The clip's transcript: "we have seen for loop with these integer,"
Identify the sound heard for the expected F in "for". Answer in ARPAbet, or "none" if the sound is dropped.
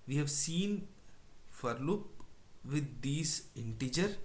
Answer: F